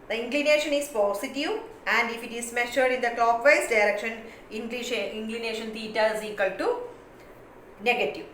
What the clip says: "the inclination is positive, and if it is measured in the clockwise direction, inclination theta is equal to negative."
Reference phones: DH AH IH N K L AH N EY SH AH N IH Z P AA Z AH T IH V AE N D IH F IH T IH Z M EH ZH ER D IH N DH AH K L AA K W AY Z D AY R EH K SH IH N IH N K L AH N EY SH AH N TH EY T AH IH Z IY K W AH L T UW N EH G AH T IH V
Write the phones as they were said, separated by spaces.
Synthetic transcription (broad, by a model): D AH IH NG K L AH N EY SH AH N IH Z P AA S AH T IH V AE N D IH F IH T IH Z M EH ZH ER D IH N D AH K L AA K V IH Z D AY R EH K SH IH N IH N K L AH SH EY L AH N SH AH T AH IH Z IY K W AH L T UW N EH G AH T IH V